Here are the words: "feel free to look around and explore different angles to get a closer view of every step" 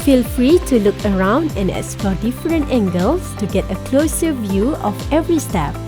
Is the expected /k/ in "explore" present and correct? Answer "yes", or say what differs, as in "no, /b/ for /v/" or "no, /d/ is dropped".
no, /k/ is dropped